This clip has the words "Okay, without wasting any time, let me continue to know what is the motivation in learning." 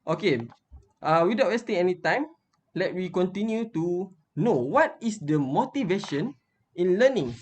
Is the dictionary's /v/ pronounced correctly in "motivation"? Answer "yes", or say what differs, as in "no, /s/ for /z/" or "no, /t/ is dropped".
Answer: yes